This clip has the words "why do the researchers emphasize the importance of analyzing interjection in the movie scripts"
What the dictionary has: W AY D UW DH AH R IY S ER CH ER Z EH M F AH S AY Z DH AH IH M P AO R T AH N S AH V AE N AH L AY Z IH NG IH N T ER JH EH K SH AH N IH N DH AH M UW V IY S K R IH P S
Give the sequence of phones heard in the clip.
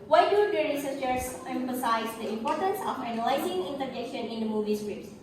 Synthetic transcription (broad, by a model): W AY D UW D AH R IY S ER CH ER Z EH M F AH S AY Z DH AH IH M P AO R T AH N S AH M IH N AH L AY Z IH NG IH N T ER JH EH K SH AH N IH N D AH M UW V IY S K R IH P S